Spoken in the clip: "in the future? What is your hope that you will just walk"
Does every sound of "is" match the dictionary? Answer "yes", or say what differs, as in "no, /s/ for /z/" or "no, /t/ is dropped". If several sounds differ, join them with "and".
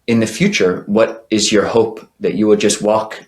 yes